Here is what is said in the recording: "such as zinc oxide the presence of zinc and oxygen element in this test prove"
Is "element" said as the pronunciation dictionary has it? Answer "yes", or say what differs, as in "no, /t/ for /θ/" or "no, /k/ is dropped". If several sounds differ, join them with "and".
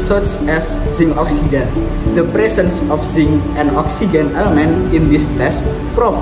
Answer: yes